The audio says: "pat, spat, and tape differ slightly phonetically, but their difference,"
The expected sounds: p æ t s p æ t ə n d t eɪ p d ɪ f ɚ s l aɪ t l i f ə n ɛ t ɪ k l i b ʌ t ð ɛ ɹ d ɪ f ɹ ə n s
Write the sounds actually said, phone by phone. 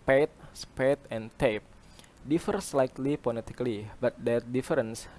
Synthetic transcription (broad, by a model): p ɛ t s p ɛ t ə n t eɪ p d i f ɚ s l aɪ t l i p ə l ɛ t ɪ k l i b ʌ t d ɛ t d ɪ f ɹ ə n s